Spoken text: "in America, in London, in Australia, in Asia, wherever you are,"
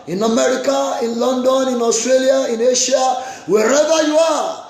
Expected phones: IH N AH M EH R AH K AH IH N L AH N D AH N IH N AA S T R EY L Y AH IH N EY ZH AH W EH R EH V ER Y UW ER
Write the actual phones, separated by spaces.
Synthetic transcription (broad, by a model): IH N AH M EH R AH K AH IH N L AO N D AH N IH N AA S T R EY L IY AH IH N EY SH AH W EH R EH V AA Y UW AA